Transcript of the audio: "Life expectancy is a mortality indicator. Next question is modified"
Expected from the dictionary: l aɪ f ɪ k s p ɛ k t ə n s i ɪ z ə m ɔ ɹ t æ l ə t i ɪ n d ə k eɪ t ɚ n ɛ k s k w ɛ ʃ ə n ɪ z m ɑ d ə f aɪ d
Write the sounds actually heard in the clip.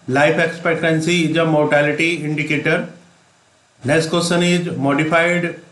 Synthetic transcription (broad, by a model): l aɪ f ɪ k s p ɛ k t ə n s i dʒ ə m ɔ ɹ t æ l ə t i ɪ n d ə k eɪ t ɚ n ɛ s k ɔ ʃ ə n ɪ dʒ m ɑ d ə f aɪ d